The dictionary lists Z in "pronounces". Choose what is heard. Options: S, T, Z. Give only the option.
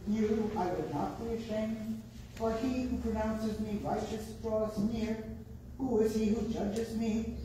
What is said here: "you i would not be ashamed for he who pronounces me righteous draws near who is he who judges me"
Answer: Z